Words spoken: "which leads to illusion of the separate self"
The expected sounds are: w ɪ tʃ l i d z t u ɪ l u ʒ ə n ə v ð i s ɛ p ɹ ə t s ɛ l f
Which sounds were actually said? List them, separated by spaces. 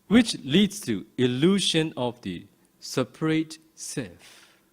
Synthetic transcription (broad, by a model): w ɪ tʃ l i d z t u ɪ l u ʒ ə n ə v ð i s ɛ p ɹ ə t s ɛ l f